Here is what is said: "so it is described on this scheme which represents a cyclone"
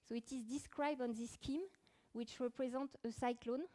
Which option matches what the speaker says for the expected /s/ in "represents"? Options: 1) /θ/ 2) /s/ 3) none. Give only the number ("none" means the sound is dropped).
3